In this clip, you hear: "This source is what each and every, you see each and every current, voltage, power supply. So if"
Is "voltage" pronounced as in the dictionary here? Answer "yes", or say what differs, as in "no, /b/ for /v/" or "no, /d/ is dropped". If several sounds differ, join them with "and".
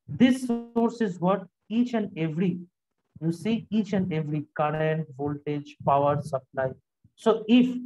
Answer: yes